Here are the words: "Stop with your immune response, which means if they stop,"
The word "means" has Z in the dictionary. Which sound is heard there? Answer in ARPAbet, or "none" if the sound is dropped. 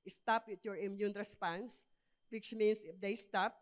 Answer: S